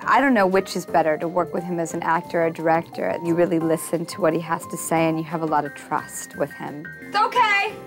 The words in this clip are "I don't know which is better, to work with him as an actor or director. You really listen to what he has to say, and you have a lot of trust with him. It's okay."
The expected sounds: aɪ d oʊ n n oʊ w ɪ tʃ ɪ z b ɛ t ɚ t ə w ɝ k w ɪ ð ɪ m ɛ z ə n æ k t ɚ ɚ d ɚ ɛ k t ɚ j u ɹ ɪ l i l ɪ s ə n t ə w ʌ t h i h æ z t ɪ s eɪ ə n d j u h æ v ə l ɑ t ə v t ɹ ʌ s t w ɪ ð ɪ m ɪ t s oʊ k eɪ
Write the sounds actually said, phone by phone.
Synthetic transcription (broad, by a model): aɪ d oʊ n n oʊ w ɪ tʃ ɪ z b ɛ t ɚ t ə w ɝ k w ɪ ð ɪ m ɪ z n æ k t ɚ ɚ d ɚ ɛ k t ɚ j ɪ ɹ ɪ l i l ɪ s ə n t ə w ʌ t h i h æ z t ɪ s eɪ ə n j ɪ v ə l ɑ t ə v t ɹ ʌ s t w ɪ ð ɪ m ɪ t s oʊ k eɪ